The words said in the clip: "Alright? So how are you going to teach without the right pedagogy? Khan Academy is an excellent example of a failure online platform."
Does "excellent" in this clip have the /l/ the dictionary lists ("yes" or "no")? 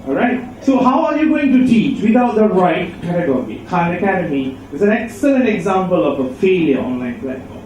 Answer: yes